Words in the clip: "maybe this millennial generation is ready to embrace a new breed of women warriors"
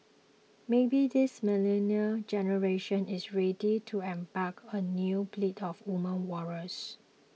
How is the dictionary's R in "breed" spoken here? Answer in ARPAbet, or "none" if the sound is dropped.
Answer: L